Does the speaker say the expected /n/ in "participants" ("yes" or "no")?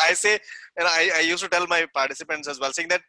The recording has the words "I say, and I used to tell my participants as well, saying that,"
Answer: yes